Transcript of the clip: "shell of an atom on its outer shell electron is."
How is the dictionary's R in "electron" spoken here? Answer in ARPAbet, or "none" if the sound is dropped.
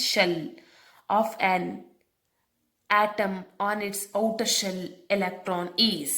R